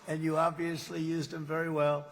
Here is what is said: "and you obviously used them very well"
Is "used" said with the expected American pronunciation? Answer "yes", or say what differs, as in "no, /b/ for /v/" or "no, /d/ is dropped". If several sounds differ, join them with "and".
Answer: yes